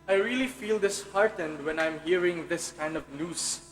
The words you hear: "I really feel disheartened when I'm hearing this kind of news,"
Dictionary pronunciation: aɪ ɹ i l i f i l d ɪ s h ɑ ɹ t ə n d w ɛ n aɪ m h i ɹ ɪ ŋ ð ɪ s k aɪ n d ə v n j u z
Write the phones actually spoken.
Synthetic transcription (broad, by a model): aɪ ɹ i l i f i l d ɪ s h ɑ ɹ t ə n d w ɛ n aɪ m h i ɹ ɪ ŋ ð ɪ s k aɪ n d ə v n j u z